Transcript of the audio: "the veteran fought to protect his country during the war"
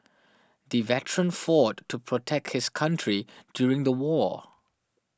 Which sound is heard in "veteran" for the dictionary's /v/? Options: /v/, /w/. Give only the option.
/v/